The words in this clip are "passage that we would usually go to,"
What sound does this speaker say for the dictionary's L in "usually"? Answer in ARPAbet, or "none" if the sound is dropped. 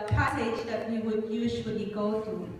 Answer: W